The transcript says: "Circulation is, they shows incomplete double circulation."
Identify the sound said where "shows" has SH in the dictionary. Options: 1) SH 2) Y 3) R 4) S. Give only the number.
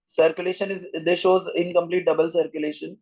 1